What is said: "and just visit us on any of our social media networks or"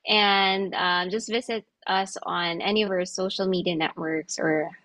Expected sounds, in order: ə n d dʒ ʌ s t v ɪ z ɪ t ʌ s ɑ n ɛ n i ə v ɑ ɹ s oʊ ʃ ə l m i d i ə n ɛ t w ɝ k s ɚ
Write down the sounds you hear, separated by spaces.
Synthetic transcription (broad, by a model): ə n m dʒ ʌ s t v ɪ z ɪ t ʌ s n ɛ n i ə v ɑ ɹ s oʊ ʃ l m i d i ə n ɛ t w ɝ k s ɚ